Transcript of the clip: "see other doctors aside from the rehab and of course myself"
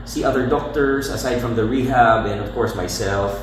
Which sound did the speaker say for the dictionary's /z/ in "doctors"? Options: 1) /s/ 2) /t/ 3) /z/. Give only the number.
1